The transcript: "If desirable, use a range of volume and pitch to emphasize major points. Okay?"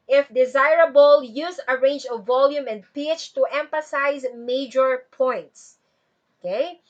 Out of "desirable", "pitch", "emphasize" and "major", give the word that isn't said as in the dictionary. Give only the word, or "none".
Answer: none